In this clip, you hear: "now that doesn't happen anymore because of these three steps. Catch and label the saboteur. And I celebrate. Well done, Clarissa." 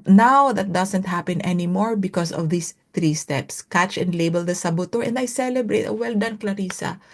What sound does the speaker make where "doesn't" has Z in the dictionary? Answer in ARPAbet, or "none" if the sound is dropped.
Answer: S